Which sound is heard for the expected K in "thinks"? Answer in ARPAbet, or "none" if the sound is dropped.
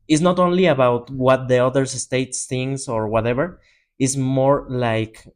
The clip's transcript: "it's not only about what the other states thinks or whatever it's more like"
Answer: none